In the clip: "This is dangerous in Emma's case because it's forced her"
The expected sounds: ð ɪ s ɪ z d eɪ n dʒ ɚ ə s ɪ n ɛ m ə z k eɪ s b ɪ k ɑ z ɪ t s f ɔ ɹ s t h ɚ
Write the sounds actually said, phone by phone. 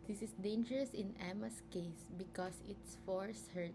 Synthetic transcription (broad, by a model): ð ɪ s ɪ s d eɪ n dʒ ɚ ə s ɪ n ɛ m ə s k eɪ s b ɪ k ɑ s ɪ t s f ɔ ɹ s h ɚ